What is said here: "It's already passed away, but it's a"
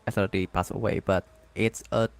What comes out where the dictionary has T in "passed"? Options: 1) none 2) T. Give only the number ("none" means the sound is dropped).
1